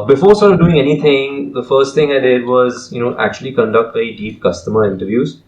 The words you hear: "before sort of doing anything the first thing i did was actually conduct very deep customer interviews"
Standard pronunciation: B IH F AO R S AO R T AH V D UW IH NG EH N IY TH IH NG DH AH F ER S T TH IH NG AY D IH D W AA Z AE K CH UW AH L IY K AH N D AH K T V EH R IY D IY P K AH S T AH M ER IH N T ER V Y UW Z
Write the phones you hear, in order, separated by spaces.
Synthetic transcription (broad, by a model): B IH F AO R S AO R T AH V D UW IH NG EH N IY T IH NG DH AH F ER S T T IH NG AY D IH D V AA Z AE K CH UW AH L IY K AH N D AH K T B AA IY D IY P K AH S T AH M ER IH N T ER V Y UW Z